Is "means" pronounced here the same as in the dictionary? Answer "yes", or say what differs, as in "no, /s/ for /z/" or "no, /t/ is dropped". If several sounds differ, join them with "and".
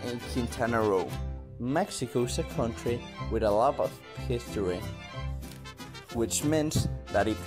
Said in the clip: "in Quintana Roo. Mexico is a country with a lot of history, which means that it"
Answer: no, /s/ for /z/